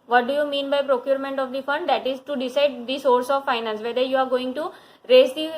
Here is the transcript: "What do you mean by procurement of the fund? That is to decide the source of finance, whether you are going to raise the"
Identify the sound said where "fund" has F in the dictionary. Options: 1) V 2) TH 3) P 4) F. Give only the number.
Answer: 4